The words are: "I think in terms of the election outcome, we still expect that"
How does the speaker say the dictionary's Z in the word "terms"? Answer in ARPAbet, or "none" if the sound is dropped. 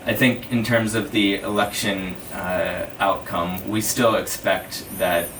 Z